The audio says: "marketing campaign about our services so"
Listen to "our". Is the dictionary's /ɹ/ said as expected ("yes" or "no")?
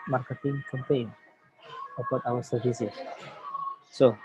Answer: no